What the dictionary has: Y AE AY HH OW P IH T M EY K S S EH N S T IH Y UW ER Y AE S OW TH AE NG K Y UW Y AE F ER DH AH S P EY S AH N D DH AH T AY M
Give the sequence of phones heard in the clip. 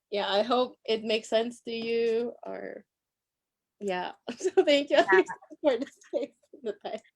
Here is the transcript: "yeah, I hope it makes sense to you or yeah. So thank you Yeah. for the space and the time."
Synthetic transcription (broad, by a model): Y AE AY HH OW P IH T M EY K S S EH N S T IH Y UW ER Y AE S OW TH AE NG K Y UW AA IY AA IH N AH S EY AH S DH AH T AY